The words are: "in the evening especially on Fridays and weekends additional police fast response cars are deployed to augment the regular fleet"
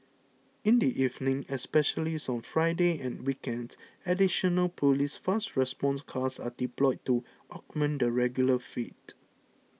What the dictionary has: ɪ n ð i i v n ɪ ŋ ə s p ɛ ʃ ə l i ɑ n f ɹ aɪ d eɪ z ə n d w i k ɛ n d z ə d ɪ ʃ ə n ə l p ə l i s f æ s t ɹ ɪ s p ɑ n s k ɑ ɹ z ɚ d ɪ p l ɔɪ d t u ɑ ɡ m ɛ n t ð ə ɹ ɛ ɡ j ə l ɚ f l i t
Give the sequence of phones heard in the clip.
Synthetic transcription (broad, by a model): ɪ n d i i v n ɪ ŋ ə s p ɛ ʃ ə l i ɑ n f ɹ aɪ d eɪ ə n w i k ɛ n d ə d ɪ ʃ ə n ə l p ə l i s f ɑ s t ɹ ɪ s p ɑ n s k ɑ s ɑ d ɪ p l ɔɪ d t u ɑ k m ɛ n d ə ɹ ɛ ɡ j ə l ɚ f i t